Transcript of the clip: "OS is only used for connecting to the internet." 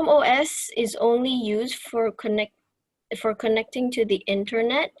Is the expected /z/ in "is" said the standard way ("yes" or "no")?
yes